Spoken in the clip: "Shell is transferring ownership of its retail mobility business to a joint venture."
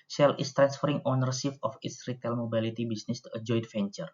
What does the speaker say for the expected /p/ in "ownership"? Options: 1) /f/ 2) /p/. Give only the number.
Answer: 1